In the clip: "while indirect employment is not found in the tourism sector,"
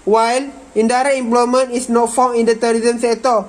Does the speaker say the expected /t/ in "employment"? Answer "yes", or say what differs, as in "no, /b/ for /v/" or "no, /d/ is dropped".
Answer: no, /t/ is dropped